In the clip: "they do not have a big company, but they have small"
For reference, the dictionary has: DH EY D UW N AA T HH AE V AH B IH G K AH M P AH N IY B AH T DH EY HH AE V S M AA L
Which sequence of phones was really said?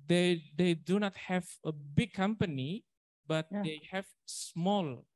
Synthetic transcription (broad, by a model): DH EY D UW N AA T HH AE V AH B IH G K AH M P AH N IY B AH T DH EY HH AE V S M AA L